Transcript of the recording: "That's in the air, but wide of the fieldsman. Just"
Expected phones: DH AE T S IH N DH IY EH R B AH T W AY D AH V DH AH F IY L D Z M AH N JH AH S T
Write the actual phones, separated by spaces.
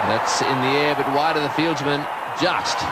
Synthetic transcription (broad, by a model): DH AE T S IH N DH IY EH R B AH T W AY D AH DH AH F IY L D Z M AH N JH AH S T